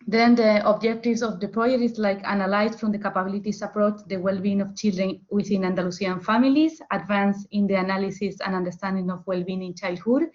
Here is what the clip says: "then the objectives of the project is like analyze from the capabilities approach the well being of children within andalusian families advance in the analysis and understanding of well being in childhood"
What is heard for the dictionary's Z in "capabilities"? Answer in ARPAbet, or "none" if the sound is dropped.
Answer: S